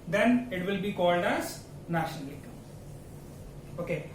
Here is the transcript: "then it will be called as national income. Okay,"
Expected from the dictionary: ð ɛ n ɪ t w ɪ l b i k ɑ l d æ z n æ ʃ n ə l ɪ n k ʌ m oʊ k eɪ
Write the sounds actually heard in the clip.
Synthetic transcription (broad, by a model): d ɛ n ɪ t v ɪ l b i k ɑ l d æ z n æ ʃ n ə l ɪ k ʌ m oʊ k eɪ